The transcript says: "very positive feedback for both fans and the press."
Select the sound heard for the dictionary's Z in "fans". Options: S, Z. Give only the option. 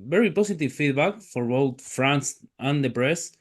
S